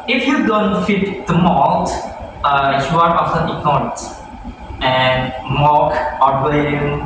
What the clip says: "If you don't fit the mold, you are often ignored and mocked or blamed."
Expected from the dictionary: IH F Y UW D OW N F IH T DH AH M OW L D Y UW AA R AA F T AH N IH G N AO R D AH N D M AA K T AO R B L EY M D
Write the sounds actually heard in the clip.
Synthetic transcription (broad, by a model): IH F Y UW D OW N F IH T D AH M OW L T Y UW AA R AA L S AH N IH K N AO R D AH N D M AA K AO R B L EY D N